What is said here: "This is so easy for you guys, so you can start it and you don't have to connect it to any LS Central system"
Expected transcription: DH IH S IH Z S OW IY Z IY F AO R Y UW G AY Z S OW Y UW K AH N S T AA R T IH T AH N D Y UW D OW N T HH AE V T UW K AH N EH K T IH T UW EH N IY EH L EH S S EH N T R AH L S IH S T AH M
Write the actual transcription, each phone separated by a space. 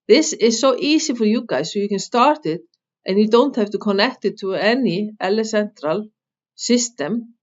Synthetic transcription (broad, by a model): DH IH S IH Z S OW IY S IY F AO R Y UW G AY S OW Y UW K AH N S T AA R T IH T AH N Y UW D OW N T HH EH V T UW K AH N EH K T IH T UW EH N IY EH L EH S S EH N T R AH L S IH S T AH M